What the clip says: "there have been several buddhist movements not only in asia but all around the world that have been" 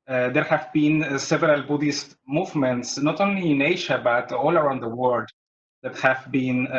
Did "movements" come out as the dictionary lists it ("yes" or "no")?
yes